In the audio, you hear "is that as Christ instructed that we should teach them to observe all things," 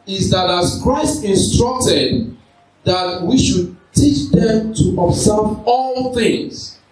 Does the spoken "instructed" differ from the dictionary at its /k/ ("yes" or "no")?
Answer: no